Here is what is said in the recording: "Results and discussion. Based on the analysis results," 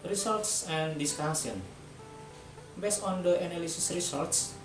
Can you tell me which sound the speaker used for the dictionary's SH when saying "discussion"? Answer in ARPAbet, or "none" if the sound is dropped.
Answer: S